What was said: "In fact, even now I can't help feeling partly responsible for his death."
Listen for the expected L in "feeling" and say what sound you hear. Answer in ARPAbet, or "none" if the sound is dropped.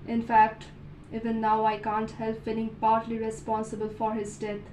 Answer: N